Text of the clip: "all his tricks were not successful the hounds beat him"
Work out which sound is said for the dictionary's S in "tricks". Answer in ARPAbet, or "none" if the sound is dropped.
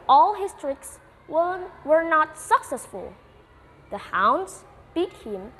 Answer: S